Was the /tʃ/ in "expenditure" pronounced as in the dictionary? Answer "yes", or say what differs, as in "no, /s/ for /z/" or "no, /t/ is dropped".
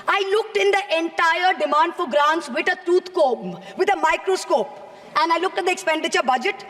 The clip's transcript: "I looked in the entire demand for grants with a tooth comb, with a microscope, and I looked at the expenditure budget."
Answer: yes